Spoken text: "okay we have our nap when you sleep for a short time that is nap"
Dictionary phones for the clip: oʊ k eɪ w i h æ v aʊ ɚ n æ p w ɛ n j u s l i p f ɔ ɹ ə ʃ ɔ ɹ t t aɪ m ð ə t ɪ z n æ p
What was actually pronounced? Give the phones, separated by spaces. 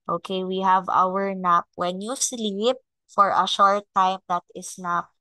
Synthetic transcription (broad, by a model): oʊ k eɪ w i h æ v aʊ ɚ n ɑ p w ɛ n j u s l i p f ɔ ɹ ə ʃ ɔ ɹ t t aɪ m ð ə t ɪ s n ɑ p